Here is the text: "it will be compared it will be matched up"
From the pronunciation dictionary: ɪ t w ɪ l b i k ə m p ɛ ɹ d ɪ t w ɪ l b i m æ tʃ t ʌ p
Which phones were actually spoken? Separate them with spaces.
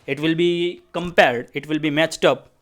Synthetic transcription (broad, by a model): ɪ t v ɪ l b i k ə m p ɛ ɹ d ɪ t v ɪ l b i m æ tʃ t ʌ p